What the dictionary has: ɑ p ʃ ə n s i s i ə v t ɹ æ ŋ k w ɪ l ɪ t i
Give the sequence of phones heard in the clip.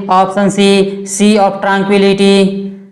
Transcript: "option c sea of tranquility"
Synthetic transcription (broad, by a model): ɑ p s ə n s i s i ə p t ɹ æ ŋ k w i l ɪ t i